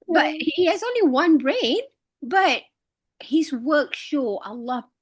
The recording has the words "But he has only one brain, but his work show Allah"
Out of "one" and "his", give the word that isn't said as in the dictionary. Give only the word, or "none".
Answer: none